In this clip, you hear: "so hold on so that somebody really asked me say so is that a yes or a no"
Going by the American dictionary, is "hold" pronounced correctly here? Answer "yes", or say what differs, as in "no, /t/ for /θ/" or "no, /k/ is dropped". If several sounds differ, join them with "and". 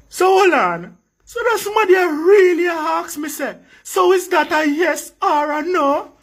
no, /d/ is dropped